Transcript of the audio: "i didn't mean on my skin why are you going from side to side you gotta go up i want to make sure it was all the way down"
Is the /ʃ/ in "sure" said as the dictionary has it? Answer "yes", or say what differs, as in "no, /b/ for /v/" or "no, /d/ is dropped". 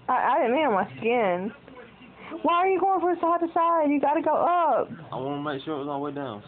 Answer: yes